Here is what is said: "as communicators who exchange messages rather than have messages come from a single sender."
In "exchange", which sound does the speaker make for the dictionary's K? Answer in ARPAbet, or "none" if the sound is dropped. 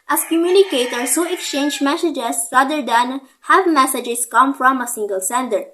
K